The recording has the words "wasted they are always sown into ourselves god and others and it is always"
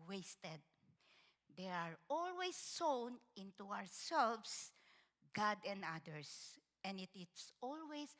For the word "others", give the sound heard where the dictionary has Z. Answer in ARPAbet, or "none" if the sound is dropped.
S